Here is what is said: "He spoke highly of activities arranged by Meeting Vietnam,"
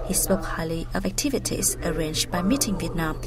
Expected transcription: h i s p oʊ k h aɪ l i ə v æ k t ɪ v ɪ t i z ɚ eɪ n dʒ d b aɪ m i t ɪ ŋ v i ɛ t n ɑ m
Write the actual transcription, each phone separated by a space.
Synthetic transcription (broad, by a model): h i s p oʊ k h aɪ l i ə v æ k t ɪ v ɪ t i z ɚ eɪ n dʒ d b aɪ m i t ɪ ŋ v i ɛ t n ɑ m